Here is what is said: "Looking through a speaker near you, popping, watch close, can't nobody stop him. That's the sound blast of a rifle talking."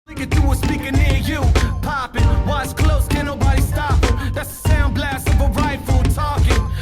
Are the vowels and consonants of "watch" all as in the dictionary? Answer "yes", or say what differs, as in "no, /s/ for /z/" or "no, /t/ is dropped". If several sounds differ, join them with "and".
no, /s/ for /tʃ/